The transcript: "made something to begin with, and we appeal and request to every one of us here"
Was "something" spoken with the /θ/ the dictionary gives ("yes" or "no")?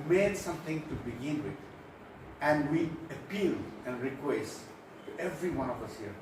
no